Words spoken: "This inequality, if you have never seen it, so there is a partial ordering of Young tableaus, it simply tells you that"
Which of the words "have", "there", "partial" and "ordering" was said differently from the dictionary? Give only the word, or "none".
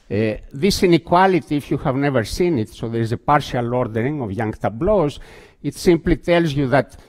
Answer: none